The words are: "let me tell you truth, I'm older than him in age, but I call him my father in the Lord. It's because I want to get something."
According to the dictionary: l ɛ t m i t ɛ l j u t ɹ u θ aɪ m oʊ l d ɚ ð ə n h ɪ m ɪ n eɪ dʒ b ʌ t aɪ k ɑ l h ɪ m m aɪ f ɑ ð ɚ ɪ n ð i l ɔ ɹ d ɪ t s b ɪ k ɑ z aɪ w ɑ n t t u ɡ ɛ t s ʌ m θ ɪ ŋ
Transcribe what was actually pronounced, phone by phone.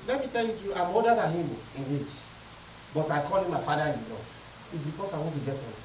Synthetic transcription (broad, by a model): l ɛ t m i t ɛ l j u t u aɪ m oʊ d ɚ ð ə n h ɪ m ɪ n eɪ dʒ b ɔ t aɪ k ɑ l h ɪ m m aɪ f ɑ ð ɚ ɪ n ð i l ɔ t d ɪ t s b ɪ k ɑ s aɪ w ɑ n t t u ɡ ɛ t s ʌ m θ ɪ